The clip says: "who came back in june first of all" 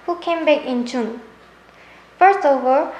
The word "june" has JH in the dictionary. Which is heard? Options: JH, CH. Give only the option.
CH